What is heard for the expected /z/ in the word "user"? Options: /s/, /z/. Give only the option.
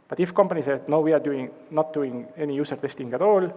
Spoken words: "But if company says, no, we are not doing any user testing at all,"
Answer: /s/